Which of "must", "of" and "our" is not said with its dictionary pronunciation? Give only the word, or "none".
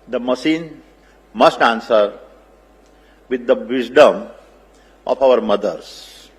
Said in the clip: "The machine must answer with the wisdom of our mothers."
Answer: of